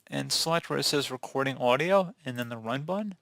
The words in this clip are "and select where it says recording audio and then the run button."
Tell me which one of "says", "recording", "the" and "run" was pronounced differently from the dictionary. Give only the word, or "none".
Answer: none